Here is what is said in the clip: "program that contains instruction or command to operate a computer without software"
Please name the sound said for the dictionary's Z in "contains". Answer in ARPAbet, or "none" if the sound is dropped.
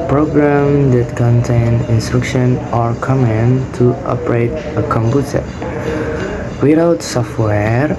none